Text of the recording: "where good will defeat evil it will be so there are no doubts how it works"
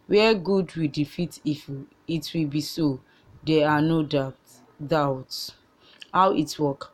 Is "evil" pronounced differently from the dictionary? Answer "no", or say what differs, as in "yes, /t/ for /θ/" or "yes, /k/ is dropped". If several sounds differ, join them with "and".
yes, /f/ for /v/